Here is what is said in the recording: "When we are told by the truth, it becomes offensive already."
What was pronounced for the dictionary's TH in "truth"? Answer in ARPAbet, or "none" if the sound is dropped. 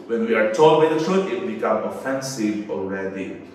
T